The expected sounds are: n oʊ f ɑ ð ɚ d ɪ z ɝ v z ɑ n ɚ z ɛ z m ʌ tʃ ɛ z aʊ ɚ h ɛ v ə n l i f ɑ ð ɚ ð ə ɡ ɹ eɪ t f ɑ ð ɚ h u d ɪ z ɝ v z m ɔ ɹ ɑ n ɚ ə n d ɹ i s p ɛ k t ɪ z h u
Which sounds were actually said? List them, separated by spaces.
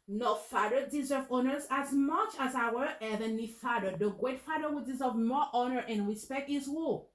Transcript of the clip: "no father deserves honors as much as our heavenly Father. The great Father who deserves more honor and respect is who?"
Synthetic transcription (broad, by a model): n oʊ f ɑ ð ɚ d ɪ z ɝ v ɑ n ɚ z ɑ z m ʌ tʃ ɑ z aʊ ɚ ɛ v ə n i f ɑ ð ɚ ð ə ɡ ɹ eɪ t f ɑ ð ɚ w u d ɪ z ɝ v m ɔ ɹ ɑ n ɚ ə n ɹ i s p ɛ k t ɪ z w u